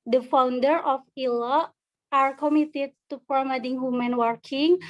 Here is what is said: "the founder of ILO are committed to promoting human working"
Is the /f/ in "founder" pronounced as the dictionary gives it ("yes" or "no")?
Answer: yes